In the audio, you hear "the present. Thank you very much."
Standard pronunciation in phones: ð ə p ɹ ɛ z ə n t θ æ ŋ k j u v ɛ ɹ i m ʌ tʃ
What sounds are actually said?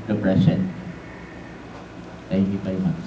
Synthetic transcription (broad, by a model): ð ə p ɹ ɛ s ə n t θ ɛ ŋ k j u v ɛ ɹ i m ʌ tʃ